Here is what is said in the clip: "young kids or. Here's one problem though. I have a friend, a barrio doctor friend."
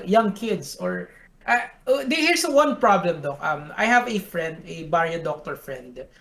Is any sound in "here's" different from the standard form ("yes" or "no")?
yes